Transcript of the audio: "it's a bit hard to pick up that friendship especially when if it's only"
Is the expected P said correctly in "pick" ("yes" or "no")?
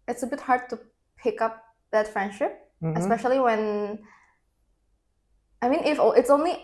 yes